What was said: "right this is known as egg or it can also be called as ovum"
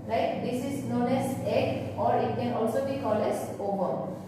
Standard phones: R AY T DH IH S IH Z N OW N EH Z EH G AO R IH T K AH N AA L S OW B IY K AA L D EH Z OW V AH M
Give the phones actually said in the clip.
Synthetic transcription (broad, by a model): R AY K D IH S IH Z N OW N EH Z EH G AO R IH T K AH N AA L S OW B IY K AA L EH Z OW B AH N